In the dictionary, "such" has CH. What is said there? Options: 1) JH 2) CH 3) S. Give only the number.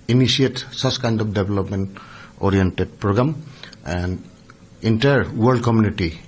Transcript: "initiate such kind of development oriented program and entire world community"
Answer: 3